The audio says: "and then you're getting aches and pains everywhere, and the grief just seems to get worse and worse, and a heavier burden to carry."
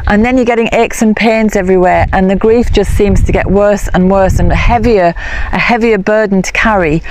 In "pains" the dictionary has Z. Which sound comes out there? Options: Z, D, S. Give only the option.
Z